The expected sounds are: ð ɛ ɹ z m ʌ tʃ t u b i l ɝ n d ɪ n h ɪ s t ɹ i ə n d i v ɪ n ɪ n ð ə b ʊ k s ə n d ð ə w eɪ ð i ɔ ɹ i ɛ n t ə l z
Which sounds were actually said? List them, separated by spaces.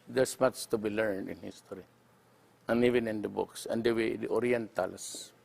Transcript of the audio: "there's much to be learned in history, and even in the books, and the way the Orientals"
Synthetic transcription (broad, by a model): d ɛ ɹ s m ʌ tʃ t u b i l ɝ n d ɪ n h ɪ s t ɹ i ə n i v ɪ n ɪ n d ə b ʊ k s ə n d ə w eɪ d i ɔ ɹ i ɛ n t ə l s